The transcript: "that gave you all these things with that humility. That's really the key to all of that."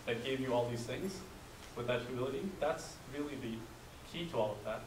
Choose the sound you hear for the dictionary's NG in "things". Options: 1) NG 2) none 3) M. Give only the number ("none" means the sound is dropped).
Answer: 1